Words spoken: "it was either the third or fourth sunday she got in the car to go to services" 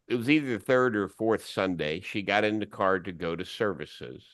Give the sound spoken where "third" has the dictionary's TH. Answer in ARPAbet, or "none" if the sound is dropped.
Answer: TH